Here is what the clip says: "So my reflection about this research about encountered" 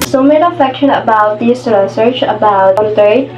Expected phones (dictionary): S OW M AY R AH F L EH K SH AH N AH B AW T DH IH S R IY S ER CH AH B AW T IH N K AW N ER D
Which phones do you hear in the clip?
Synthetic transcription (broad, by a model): S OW M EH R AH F EH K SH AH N AH B AW T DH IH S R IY S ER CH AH B AW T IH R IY